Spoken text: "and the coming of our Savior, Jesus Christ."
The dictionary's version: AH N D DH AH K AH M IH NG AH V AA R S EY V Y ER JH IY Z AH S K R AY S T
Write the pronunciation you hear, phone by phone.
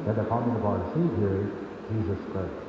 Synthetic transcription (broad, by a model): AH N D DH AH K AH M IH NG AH B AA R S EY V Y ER JH IY Z AH S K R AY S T